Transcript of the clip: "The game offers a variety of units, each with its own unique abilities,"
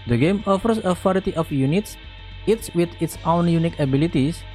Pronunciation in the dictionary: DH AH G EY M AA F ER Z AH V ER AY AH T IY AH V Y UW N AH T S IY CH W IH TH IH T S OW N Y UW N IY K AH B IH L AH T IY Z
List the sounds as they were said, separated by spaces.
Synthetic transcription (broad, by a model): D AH G EY M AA F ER S AH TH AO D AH T IY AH F Y UW N AH T S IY S W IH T IH T S OW N Y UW N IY K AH B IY L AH T IY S